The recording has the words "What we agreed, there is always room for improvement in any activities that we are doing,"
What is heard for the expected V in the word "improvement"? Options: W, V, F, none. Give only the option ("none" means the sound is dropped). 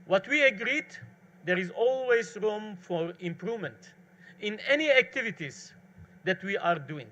V